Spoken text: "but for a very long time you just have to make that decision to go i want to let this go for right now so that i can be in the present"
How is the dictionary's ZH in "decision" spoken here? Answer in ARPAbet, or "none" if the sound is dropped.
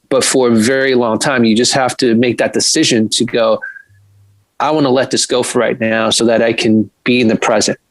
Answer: ZH